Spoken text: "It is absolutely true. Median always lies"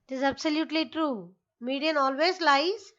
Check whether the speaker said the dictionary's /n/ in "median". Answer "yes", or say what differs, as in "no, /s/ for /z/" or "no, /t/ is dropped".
yes